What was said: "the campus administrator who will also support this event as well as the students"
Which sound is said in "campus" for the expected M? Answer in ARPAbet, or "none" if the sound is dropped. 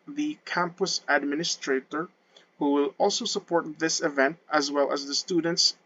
M